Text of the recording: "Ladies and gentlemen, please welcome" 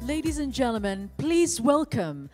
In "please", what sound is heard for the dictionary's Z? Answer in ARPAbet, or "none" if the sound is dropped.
Z